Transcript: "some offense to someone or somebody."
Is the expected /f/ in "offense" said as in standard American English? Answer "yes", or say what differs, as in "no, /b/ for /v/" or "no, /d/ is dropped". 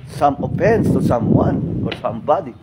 no, /p/ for /f/